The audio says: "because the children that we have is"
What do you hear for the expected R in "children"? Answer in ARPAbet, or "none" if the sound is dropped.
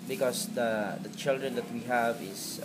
R